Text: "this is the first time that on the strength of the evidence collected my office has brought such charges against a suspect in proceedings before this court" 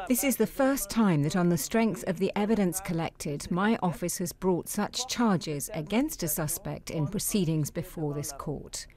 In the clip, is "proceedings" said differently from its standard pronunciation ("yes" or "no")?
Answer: no